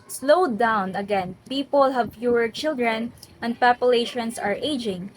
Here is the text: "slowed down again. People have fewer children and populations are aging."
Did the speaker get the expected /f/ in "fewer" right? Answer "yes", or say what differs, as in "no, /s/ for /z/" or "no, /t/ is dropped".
no, /p/ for /f/